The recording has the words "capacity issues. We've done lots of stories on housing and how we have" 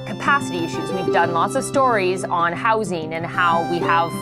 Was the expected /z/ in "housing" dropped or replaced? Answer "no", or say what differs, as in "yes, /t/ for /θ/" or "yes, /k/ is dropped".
no